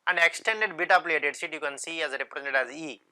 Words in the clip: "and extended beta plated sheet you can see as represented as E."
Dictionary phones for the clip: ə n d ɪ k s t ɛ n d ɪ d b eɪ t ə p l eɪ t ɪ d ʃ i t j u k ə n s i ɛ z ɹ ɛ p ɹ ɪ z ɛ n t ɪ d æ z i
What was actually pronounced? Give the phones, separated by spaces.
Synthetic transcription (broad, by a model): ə n d ɪ k s t ɛ n d ɪ d b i t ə p l eɪ t ɪ d s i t j u k ə n s i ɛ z ɹ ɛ p ɹ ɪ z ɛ n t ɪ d æ z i